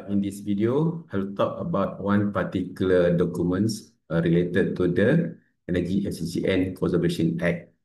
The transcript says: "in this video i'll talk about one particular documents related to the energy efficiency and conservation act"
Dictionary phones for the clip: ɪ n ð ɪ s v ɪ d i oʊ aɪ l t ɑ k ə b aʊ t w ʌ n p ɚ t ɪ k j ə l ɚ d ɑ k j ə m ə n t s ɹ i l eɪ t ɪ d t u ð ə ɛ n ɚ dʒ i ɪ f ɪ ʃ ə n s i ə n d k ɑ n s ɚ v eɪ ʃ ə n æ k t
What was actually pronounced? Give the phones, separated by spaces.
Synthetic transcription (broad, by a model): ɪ n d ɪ s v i d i oʊ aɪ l t ɑ k ə b aʊ t w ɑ n p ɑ t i k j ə l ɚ d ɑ k j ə m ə n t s ɹ i l eɪ t ɪ d t u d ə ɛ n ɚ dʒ i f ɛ s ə s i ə n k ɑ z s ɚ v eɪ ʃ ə n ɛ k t